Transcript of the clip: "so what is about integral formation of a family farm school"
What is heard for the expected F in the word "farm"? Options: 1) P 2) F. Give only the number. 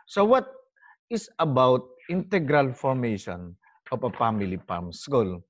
1